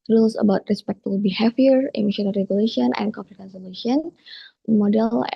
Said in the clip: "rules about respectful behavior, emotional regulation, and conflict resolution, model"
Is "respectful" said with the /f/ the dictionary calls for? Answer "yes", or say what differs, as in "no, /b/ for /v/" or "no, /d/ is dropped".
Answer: no, /f/ is dropped